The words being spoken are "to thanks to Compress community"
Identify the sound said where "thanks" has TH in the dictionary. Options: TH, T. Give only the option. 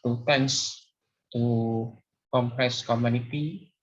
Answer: T